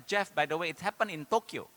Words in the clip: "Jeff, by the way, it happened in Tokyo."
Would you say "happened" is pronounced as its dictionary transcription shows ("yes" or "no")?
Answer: no